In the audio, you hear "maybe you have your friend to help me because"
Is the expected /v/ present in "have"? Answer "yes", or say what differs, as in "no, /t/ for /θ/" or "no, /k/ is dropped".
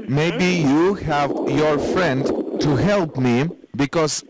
yes